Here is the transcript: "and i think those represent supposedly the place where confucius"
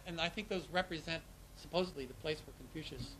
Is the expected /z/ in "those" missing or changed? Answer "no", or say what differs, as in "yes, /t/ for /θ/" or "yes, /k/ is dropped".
no